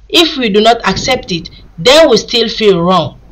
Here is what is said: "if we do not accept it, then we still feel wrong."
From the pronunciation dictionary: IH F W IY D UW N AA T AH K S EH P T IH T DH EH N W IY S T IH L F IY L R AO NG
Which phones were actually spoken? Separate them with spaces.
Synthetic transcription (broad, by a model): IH F W IY D UW N AA T AH K S EH P T IH T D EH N W IY S T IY L F IY L R AO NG